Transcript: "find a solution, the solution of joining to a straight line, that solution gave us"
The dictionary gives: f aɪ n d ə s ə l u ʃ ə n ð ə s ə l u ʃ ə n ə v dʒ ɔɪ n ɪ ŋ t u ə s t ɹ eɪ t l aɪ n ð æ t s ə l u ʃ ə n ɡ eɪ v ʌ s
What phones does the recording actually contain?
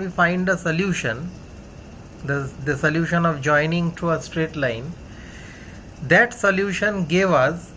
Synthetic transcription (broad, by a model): f aɪ n d ə s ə l u ʃ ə n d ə s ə l u ʃ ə n ə v dʒ ɔɪ n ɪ ŋ t u ə s t ɹ eɪ t l aɪ n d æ t s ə l u ʃ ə n ɡ eɪ v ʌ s